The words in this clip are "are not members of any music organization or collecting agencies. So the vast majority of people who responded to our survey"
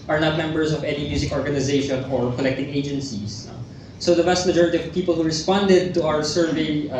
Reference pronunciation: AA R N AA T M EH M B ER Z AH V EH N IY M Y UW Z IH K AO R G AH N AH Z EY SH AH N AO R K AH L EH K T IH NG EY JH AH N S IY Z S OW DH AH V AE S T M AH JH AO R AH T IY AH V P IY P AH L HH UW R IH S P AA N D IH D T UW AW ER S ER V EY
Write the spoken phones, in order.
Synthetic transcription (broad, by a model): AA R N AA T M EH M B ER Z AH V EH N IY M Y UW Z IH K AO R G AH N AH Z EY SH AH N AO R K AH L EH K T IH NG EY JH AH N S IY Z S OW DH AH B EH S T M AH JH AO R AH T IY AH V P IY P AH L HH UW R IH S P AA N D IH D T UW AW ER S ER V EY